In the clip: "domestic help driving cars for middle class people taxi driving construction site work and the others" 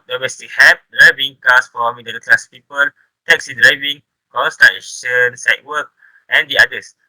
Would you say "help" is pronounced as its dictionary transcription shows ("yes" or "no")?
no